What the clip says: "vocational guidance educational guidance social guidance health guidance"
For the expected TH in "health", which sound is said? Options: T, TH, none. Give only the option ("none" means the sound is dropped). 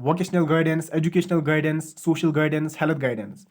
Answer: T